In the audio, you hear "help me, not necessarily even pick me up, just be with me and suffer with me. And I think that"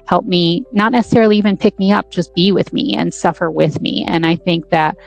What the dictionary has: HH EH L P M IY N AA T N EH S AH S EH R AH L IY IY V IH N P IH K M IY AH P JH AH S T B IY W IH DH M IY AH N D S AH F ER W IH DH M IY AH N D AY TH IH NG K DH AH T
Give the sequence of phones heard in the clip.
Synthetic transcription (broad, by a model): HH EH L P M IY N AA T N EH S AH S EH R L IY IY V IH N P IH K M IY AH P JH AH S B IY W IH DH M IY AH N S AH F ER W IH DH M IY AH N AY TH IH NG K DH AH T